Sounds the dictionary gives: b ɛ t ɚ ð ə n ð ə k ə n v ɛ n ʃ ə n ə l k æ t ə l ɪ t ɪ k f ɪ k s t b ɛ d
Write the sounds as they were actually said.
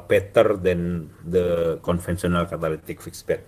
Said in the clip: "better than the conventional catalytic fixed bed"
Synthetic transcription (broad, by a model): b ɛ t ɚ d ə n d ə k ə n f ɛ n s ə n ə l k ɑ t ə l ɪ t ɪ k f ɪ k s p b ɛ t